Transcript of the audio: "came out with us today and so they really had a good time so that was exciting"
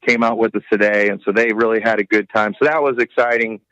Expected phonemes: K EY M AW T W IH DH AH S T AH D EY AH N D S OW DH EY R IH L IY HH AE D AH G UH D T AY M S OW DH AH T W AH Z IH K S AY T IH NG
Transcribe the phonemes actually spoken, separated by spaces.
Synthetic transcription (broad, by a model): K EY M AW T W IH DH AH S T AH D EY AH N S OW DH EY R IH L IY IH D AH G UH D T AY M S OW DH AH T W AH Z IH K S AY T IH NG